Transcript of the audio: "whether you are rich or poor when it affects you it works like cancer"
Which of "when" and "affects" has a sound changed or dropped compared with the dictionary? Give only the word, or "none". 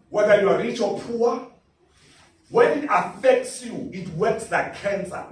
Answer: none